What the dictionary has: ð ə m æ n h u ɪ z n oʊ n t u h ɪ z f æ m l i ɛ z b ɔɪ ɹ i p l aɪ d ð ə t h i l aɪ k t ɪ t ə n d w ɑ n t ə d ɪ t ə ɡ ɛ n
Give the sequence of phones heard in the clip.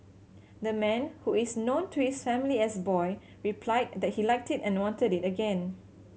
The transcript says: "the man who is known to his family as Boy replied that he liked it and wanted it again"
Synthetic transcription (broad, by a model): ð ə m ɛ n h u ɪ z n oʊ n t u h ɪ s f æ m l i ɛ s b ɔɪ ɹ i p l aɪ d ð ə t h i l aɪ k t ɪ t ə n w ɑ n t ə d ɪ t ə ɡ ɛ n